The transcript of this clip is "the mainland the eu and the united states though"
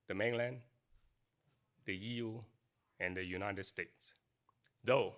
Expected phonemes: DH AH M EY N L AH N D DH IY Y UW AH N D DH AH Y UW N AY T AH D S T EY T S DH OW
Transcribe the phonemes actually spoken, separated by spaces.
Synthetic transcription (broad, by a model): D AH M EY N L AH N D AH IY Y UW AH N D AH Y UW N AY T AH D S T EY T S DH OW